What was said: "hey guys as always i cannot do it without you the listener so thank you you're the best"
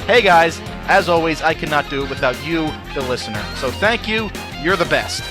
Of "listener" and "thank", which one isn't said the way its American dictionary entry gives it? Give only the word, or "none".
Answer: none